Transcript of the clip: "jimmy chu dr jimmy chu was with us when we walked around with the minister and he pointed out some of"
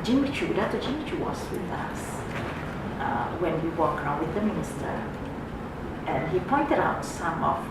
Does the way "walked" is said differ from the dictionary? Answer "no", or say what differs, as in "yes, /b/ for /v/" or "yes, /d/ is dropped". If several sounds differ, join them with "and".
yes, /t/ is dropped